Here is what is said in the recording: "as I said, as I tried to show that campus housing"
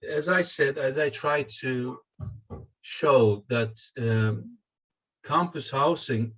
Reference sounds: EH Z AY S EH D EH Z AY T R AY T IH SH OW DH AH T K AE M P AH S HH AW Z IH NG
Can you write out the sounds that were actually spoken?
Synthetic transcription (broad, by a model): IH Z AY S EH D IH Z AY T R AY T IH SH OW DH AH T K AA M P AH S HH AW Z IH NG